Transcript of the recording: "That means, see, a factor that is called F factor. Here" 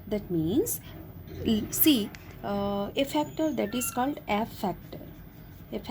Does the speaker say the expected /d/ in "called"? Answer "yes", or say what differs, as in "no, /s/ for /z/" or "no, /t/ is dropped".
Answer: yes